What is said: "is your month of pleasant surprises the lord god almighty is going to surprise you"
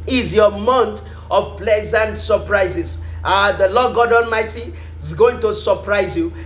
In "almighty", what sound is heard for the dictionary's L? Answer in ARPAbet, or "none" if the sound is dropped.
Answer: N